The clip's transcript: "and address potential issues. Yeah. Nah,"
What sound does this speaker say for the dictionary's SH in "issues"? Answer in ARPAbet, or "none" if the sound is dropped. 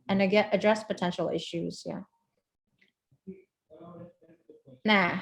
SH